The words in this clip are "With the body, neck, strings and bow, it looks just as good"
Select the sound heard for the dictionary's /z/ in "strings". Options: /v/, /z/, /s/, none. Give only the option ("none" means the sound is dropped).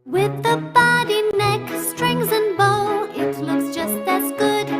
/z/